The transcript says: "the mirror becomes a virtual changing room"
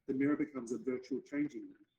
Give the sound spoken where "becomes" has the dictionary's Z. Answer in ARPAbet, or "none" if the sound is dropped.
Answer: Z